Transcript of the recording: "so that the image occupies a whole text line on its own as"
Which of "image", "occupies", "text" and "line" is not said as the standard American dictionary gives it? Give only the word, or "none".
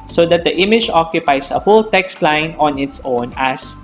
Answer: occupies